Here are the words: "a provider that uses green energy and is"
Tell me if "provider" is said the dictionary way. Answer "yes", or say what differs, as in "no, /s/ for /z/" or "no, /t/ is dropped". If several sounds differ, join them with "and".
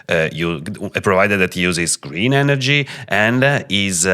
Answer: yes